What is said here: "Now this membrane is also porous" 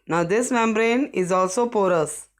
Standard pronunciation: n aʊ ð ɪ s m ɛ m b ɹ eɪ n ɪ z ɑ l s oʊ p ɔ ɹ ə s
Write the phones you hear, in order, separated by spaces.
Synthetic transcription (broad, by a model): n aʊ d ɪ s m ɛ m b ɹ eɪ n ɪ z ɑ l s oʊ p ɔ ɹ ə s